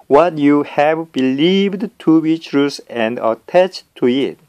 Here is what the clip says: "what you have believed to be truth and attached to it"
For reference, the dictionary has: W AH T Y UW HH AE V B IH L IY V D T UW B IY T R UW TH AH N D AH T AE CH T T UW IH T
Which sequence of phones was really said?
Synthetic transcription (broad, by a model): W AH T Y UW HH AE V B IH L IY V D T UW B IY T R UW S AH N D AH T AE CH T T UW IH T